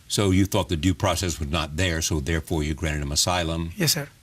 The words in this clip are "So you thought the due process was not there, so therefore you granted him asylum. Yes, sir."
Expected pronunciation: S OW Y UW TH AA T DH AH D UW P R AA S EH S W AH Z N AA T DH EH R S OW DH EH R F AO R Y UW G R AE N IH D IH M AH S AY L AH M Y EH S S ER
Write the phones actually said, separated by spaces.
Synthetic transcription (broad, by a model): S OW Y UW TH AA T DH AH D UW P R AA S EH S W AH Z N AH T DH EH R S OW DH EH R F AO R Y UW G R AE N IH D IH M AH S AY L AH M Y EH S S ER